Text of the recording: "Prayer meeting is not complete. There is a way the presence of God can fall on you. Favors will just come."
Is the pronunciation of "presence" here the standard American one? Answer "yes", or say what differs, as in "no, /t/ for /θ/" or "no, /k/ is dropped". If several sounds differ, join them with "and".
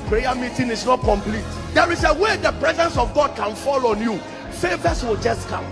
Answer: yes